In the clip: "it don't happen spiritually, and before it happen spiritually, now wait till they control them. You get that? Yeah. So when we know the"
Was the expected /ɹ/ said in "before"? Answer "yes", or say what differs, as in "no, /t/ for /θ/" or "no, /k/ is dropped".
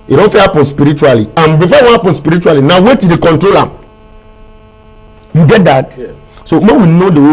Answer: no, /w/ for /ɹ/